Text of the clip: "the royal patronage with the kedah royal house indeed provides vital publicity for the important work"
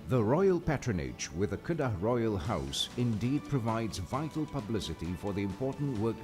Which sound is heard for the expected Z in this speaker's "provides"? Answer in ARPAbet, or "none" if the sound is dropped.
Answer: Z